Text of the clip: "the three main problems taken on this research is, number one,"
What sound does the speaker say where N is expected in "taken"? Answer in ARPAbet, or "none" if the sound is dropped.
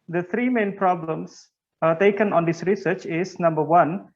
N